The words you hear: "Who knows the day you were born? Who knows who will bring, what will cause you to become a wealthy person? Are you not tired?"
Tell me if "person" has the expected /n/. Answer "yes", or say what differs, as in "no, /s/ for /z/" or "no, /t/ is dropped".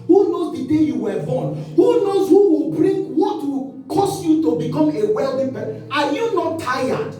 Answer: no, /n/ is dropped